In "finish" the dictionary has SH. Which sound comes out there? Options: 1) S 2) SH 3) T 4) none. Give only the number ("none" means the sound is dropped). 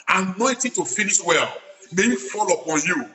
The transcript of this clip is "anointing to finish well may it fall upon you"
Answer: 1